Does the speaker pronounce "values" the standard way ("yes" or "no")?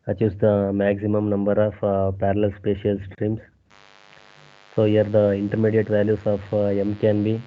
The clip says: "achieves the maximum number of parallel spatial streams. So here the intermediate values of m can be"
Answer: no